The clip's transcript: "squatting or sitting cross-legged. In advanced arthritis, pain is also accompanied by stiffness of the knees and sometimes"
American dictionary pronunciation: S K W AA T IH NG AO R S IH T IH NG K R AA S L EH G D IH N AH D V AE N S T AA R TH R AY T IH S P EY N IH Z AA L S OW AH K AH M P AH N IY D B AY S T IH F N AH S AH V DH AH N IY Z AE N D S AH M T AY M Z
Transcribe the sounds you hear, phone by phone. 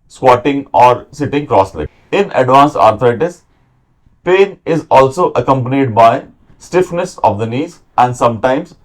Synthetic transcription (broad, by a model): S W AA T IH NG AO R S IH T IH NG K R AA S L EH IH N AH D V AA N S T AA R T R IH T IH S P EY N IH Z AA L S OW AH K AH M P AH N IY D B AY S T IH F N AH S AH V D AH N IY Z AE N D S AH M T AY M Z